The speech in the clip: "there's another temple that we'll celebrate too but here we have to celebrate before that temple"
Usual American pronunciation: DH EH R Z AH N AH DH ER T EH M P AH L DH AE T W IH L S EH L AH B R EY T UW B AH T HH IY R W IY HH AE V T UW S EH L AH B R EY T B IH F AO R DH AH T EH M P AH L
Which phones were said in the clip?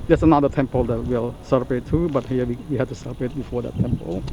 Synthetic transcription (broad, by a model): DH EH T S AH N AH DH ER T EH M P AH L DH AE T W IH L S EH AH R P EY T UW B AH T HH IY W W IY HH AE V T UW S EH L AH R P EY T B IH F AO R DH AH T EH M P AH L